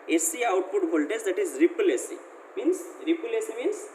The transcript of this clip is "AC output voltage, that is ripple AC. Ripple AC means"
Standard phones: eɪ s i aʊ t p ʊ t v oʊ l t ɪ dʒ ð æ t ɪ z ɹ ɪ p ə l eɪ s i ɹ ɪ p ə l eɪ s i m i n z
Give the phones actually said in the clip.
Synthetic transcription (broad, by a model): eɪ s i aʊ t p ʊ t b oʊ l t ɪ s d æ t ɪ z ɹ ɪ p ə l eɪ s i ɹ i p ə l eɪ s i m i n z